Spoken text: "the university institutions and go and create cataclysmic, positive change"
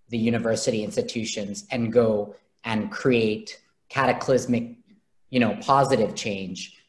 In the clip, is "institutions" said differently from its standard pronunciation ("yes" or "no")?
no